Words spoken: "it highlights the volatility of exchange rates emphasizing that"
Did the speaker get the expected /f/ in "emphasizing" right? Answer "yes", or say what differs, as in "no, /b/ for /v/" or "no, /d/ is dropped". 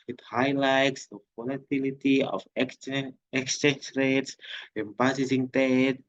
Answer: no, /p/ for /f/